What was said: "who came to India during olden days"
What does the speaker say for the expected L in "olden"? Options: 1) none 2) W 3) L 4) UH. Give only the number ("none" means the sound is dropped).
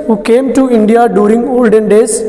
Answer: 3